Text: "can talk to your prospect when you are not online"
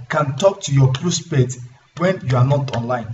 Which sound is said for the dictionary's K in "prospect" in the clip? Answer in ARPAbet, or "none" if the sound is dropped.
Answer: none